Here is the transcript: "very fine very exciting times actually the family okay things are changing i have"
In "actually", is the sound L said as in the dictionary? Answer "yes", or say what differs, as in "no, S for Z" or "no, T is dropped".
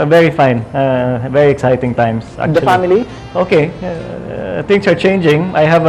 no, L is dropped